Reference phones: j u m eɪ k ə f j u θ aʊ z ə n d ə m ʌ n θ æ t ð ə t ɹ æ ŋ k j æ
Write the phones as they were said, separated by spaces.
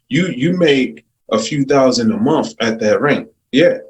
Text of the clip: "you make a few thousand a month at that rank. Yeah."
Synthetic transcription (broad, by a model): j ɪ m eɪ k ə f j u θ aʊ z ə n d ə m ʌ n θ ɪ t ð ə t ɹ æ ŋ k j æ